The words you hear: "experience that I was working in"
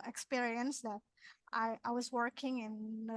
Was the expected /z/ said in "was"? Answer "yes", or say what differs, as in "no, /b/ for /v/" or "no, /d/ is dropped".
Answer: yes